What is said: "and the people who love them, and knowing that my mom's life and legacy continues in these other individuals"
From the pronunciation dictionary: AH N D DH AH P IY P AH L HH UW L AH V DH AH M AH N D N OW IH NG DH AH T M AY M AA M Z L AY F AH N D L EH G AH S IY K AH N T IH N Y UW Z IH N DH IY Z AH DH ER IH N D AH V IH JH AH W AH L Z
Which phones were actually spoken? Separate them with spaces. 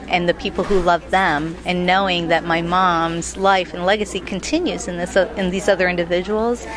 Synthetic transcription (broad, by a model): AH N DH AH P IY P L HH UW L AH V DH AH M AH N N OW IH NG DH AH T M AY M AA M Z L AY F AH N L EH G AH S IY K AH N T IH N Y UW Z IH N DH IY Z AH DH ER IH N D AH V IH JH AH W L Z